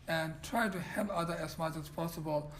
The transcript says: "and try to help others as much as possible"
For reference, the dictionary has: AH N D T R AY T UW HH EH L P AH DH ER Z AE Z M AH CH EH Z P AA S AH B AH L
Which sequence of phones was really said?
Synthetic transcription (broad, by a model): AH N T R AY T UW HH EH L AH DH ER AE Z M AH CH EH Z P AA S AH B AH L